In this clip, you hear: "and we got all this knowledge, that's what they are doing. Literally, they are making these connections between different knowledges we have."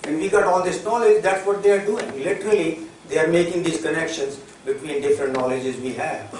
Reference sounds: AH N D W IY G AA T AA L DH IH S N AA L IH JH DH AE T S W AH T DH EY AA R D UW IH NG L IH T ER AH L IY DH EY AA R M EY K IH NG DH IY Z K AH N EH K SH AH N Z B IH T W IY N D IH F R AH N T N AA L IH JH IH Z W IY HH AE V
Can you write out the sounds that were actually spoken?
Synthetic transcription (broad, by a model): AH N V IY G AA T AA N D IH S N AA L IH JH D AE T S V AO T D EY AA R D UW IH NG L IH T ER AH L IY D EY AA R M EY K IH NG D IY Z K AH N EH K SH AH N Z B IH T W IY N D IH F R AH N T N AA L IH JH IH Z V IY HH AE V